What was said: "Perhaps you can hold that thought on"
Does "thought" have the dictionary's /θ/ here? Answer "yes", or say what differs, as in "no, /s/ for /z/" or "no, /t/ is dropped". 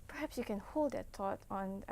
no, /t/ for /θ/